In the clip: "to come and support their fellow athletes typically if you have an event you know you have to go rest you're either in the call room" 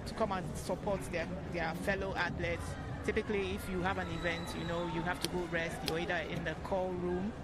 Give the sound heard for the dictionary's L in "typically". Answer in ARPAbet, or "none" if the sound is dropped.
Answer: L